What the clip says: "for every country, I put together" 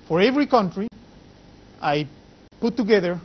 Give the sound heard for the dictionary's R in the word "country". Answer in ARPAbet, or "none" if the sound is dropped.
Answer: R